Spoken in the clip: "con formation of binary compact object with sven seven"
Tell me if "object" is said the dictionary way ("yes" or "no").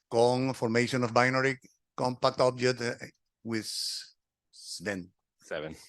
no